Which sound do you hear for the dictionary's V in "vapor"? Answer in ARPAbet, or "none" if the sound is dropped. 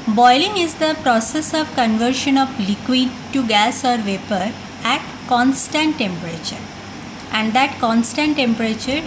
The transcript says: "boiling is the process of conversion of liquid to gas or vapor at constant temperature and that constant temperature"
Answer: V